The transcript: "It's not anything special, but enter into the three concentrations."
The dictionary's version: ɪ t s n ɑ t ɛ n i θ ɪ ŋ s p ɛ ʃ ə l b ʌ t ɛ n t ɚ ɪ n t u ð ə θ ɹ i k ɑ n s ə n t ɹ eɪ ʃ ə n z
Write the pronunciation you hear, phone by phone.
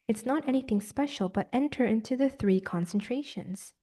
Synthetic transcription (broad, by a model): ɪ t s n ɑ t ɛ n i θ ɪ ŋ s p ɛ ʃ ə l b ʌ t ɛ n t ɚ ɪ n t u ð ə θ ɹ i k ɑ n s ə n t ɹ eɪ ʃ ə n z